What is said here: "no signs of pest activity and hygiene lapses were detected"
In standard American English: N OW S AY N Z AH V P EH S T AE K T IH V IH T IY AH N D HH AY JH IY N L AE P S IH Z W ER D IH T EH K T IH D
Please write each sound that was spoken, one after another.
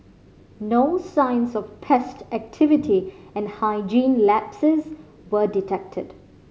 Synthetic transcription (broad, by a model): N OW S AY N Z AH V P EH S T AE K T IH V IH T IY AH N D HH AY JH IY N L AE P S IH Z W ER D IH T EH K T IH D